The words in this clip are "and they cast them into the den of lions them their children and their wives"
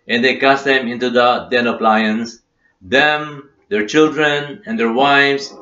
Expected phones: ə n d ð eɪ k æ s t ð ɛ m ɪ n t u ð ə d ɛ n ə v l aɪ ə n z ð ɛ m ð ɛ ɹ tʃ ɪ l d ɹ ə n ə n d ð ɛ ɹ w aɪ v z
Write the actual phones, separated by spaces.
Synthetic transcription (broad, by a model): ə n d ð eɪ k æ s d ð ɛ m ɪ n t u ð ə d ɛ n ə p l aɪ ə n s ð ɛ m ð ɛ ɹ tʃ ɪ l d ɹ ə n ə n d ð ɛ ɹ w aɪ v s